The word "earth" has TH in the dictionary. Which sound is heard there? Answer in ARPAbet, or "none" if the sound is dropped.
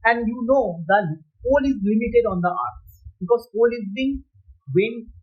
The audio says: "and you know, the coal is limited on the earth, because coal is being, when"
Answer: S